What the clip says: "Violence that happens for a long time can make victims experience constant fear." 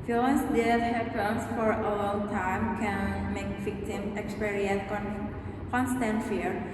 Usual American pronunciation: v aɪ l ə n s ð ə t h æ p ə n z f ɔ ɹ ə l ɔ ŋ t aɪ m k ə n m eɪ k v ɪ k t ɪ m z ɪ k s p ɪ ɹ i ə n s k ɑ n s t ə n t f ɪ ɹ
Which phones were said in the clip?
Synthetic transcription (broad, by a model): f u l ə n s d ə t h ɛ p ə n s f ɔ ɹ ə l ɔ ŋ t aɪ m k ə n m eɪ k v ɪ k t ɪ m ɪ k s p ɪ ɹ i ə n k k ɑ n s t ə n t f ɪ ɹ